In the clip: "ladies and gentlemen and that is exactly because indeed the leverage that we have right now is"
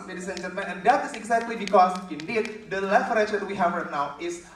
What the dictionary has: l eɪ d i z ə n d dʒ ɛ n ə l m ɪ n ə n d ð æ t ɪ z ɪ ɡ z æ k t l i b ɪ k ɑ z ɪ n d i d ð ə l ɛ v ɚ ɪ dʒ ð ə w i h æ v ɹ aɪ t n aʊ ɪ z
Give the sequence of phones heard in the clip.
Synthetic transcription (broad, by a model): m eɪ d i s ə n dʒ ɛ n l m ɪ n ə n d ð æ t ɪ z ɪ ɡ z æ k t l i b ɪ k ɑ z ɪ n d i d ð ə l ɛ f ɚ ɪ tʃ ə w i h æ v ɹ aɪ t n aʊ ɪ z